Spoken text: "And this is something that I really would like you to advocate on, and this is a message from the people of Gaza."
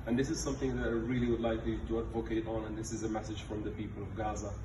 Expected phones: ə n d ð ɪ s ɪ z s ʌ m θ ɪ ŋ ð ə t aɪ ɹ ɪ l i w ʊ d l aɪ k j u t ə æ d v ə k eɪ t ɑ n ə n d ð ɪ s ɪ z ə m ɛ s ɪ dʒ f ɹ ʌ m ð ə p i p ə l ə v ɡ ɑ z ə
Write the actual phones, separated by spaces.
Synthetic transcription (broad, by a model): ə n ð ɪ s ɪ z s ʌ m θ ɪ ŋ ð ə t aɪ ɹ ɪ l i w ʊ d l aɪ k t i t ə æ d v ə k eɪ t n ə n ð ɪ s ɪ z ə m ɛ s ɪ dʒ f ɹ ʌ m ð ə p i p ə l ə v ɡ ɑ z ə